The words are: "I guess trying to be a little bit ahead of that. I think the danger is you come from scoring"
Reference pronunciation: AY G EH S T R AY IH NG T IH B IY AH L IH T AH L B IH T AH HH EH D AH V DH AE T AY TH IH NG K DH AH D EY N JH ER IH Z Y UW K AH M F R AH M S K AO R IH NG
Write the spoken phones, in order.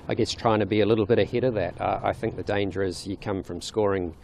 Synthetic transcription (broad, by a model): AY G EH S T R AY IH NG T IH B IY AH L IH T L B IH T AH HH EH D AH V DH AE T AY TH IH NG K DH AH D EY N JH ER IH Z Y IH K AH M F R AH M S K AO R IH NG